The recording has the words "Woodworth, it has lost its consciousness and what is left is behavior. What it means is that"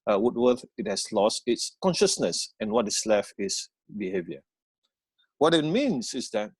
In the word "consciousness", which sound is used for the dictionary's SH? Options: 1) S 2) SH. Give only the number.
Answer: 2